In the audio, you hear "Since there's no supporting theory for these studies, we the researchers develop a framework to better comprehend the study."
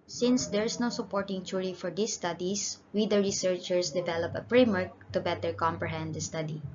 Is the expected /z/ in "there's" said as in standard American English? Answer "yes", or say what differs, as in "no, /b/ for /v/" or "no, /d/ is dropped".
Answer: no, /s/ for /z/